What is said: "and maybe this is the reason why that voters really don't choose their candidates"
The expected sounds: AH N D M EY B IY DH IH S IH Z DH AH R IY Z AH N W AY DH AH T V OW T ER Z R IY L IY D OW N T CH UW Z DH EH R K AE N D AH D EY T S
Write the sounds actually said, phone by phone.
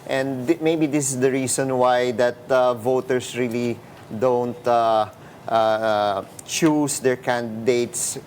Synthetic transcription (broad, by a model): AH N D M EY B IY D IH S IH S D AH R IY S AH N W AY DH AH T V OW T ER S R IY L IY D OW N T CH UW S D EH R K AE N D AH D EY T S